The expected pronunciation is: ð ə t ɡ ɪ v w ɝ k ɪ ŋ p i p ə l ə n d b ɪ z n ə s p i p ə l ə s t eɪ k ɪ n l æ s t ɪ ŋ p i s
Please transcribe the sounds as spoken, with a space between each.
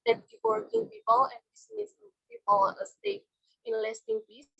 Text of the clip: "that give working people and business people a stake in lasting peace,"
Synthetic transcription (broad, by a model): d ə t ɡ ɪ p w ɝ k ɪ ŋ p i p ə l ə n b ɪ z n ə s p i p ə l ə s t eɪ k ɪ n l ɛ s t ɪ ŋ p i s